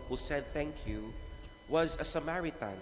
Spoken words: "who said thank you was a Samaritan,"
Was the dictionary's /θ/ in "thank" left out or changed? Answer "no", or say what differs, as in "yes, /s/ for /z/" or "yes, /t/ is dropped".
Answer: no